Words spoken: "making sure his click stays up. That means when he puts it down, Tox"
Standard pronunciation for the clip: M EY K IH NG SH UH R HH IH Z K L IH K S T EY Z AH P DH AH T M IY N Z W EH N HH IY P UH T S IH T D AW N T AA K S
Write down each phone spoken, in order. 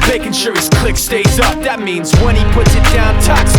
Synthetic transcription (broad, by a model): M EY K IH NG SH UH R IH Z K L IH K S T EY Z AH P DH AH T M IY N Z W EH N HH IY P UH T S IH T D AW N T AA K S